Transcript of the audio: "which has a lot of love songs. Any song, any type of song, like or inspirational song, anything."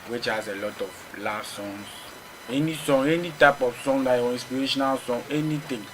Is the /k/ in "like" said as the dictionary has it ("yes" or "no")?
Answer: no